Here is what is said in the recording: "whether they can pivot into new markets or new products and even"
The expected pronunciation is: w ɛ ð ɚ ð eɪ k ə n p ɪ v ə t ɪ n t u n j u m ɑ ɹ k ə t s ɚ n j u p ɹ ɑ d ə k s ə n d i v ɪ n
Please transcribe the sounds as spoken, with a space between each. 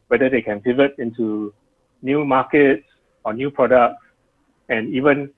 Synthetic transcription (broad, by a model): w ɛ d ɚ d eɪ k ə n f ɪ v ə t ɪ n t u n j u m ɑ k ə t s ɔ n j u p ɹ ɑ d ə k s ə n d i v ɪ n